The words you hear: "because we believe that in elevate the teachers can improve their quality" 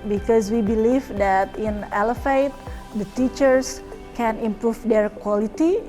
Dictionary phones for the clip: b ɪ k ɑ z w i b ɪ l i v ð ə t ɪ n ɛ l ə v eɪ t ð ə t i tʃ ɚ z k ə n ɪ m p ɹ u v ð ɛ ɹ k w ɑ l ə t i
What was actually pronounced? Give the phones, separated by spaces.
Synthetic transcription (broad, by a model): b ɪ k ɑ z w i b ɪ l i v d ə t ɪ n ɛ l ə f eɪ t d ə t i tʃ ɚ s k ə n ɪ m p ɹ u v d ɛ ɹ k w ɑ l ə t i